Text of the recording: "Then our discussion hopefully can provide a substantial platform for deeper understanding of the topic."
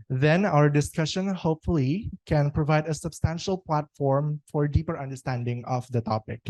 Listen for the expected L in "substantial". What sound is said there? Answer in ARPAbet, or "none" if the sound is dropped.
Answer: L